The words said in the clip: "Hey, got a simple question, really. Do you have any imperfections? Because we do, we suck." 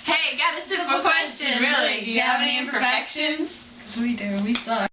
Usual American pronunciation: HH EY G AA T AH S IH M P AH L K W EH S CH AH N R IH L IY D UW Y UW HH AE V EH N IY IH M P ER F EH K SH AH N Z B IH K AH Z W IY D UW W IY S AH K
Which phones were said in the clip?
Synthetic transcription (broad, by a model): HH EY G AA T AH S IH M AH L K W EH S CH AH N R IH IY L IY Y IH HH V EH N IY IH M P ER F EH K SH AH N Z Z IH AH W IY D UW W IY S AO